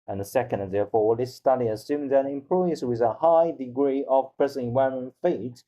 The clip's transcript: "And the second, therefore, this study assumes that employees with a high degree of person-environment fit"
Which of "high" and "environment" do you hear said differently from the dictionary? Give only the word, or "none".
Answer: environment